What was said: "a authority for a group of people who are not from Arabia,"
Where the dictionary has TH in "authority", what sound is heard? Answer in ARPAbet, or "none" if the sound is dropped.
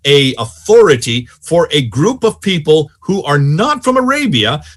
TH